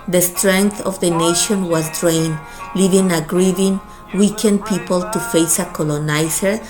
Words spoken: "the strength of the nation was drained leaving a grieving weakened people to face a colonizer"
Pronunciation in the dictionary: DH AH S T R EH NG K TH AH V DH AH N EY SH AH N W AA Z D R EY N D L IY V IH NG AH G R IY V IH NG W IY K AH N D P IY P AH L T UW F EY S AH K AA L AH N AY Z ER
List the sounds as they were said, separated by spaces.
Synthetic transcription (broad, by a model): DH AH S T R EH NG K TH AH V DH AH N EY SH AH N W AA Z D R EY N L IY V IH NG AH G R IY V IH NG W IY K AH N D P IY P AH L T UW F EY S AH K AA L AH N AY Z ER